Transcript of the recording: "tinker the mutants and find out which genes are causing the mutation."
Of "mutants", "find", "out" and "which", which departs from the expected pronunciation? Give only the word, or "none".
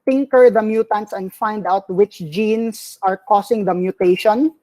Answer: none